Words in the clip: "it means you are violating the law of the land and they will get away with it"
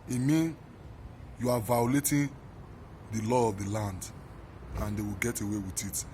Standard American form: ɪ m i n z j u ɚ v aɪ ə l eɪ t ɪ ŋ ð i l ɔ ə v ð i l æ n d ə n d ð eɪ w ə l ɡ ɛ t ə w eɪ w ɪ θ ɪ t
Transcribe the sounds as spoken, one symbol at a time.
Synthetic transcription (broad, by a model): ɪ m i n j u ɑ v aɪ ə l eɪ t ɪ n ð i l ɔ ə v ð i l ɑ n d ə n d eɪ w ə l ɡ ɛ t ə w eɪ w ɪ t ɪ t